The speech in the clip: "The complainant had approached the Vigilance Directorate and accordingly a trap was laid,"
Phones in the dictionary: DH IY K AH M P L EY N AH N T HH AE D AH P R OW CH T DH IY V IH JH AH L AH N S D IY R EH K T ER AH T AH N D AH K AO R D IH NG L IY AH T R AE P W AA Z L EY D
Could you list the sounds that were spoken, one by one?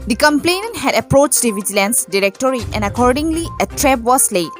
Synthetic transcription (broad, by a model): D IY K AH M P L EY N AH N T HH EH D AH P R OW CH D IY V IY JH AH L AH N S D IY R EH K T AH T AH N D AH K AO R D IH NG L IY AH T R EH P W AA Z L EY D